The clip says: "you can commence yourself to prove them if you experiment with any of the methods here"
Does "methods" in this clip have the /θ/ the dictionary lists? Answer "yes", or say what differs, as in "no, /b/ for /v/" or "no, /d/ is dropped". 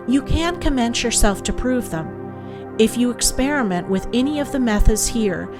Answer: yes